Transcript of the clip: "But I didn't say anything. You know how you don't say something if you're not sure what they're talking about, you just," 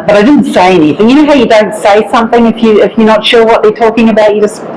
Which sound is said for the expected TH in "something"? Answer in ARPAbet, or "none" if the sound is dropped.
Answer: TH